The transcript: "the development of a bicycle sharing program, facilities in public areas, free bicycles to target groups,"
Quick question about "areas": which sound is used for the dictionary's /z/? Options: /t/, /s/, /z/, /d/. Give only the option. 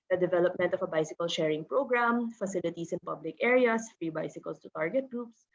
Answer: /s/